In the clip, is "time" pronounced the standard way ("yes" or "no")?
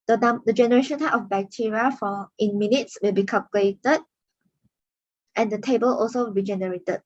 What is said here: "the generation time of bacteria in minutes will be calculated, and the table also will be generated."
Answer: no